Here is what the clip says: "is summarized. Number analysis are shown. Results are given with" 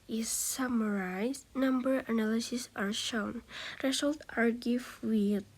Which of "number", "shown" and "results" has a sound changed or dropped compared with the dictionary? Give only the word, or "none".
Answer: results